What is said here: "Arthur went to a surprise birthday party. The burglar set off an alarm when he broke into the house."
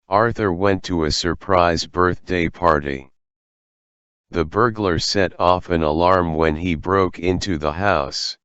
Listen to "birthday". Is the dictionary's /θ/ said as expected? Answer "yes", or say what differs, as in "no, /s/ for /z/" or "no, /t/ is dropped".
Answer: yes